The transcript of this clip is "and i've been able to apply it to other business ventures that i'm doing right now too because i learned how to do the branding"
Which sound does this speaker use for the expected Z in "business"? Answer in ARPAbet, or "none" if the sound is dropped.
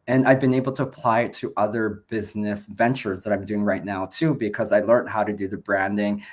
Z